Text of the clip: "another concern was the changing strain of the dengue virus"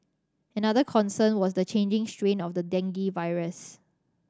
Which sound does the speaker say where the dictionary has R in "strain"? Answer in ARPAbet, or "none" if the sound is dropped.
R